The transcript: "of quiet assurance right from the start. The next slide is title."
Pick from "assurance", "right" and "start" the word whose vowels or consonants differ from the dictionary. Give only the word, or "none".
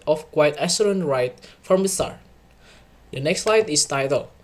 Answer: assurance